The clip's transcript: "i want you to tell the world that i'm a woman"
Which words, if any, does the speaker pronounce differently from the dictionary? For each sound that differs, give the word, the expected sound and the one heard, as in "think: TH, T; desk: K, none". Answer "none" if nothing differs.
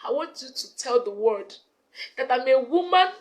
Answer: world: L, none